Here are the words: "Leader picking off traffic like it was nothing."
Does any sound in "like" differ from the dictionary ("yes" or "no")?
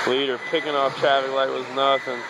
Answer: yes